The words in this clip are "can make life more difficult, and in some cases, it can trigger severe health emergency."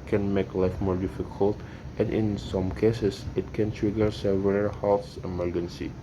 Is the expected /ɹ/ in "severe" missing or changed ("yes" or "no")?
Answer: yes